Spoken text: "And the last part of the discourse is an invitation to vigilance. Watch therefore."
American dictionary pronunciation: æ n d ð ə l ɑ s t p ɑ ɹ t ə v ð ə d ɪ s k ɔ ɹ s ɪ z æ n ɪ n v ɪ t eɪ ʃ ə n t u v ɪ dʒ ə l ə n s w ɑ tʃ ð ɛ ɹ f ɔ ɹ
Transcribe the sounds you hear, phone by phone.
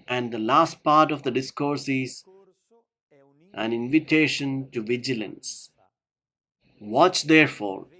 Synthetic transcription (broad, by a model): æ n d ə l ɑ s t p ɑ ɹ t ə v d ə d ɪ s k ɔ ɹ s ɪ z æ n ɪ n v ɪ t eɪ ʃ ə n t u v ɪ dʒ ə l ə n s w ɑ tʃ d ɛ ɹ f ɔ ɹ